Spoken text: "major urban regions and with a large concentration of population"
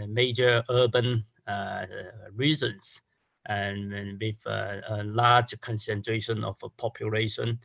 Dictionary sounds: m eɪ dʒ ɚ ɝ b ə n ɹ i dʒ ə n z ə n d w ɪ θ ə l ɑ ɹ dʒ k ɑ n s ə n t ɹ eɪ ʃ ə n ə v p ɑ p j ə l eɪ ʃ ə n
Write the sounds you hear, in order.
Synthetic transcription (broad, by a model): m eɪ dʒ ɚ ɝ b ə n ɹ i z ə n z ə n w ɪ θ ə l ɑ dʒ k ɑ n s ə n t ɹ eɪ ʃ ə n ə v p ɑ p j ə l eɪ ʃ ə n